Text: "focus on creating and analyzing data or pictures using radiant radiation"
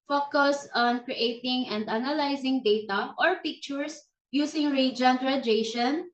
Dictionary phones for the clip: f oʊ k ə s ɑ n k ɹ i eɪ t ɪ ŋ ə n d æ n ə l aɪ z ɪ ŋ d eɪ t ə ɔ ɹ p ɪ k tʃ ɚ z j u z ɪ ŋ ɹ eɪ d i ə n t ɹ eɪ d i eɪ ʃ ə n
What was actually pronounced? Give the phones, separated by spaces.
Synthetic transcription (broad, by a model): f oʊ k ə s ɑ n k ɹ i eɪ t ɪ ŋ ə n d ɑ n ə l aɪ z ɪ ŋ d eɪ t ə ɔ ɹ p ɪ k tʃ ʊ s j u s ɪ ŋ ɹ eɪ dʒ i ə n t ɹ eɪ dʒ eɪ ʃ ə n